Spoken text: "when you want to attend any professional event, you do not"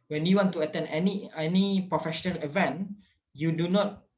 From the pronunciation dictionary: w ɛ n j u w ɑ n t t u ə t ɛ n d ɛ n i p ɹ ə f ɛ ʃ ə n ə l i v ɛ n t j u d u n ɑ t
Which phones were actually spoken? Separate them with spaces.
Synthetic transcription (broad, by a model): w ɛ n j u w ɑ n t t u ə t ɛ n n ɛ n i p ɹ ə f ɛ ʃ ə n ə l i v ɛ n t j u d u n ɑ t